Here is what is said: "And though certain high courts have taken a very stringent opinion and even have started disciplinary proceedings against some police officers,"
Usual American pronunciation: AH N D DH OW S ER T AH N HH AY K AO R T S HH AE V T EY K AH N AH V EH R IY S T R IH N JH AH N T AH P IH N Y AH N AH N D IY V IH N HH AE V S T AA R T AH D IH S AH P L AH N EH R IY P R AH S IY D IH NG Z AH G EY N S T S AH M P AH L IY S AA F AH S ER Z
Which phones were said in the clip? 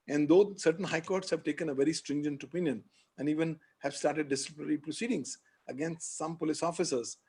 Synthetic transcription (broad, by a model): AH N D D OW S ER T AH N HH AY K AO R T S HH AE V T EY K AH N AH V EH R IY S T R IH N JH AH N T AH P IH N Y AH N AH N D IY V IH N HH AE V S T AA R T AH D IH S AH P N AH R IY P R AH S IY D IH NG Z AH G EY N S T S AH M P AH L IY S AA F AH S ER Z